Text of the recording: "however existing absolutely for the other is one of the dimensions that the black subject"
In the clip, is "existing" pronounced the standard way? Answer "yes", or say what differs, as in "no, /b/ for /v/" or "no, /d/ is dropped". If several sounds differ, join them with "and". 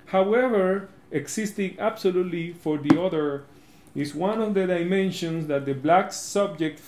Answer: no, /s/ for /z/